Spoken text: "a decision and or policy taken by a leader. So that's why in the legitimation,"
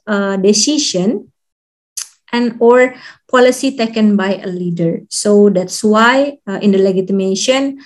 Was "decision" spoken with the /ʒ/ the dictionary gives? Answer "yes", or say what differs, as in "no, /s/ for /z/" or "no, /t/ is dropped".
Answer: no, /ʃ/ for /ʒ/